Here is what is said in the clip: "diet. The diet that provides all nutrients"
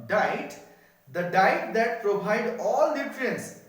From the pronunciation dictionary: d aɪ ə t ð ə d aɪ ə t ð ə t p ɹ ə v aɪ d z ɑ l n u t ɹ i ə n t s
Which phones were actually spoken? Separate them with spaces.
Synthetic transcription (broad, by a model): d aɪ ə t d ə d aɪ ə t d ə t p ɹ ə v aɪ d ɑ l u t ɹ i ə n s